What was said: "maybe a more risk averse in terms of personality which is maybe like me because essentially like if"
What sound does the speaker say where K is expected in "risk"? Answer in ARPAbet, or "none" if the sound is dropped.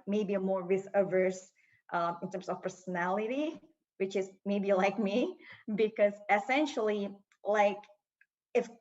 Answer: none